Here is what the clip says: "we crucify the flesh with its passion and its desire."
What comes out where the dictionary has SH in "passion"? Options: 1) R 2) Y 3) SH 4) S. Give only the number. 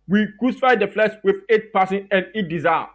4